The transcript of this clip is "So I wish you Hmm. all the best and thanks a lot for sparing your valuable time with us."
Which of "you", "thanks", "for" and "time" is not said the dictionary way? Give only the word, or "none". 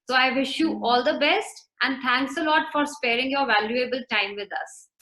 thanks